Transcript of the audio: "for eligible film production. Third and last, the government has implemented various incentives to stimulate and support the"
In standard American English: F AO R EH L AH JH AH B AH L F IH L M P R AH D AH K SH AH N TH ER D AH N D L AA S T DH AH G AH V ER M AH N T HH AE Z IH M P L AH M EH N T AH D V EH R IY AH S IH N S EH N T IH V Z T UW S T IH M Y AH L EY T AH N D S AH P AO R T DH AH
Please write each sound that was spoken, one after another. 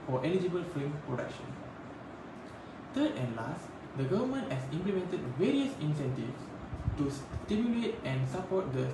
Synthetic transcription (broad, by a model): F AO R EH L AH JH AH B AH L F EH M P R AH D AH K SH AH N T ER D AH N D L AA S T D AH G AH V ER M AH N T HH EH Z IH M P L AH M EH N T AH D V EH R IY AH S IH N S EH N T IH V S T UW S T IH M Y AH L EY T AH N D S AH P AO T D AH